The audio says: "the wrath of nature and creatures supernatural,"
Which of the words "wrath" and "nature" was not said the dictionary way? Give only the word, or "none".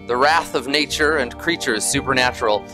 none